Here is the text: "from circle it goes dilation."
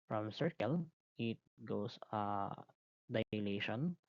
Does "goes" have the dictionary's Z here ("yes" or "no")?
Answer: no